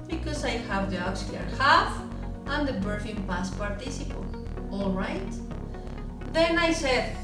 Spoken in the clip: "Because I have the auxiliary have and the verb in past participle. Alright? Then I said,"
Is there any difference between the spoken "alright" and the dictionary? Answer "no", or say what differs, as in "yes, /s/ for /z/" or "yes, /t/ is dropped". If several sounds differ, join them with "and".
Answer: no